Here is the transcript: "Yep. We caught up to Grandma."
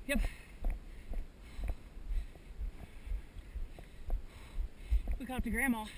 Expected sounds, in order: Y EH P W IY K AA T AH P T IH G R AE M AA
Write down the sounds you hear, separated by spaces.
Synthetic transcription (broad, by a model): Y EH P W IY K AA AH P T IH G R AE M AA